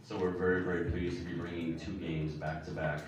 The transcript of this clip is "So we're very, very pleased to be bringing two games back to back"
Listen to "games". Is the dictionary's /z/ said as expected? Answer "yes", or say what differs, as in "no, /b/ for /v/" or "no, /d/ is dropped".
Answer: yes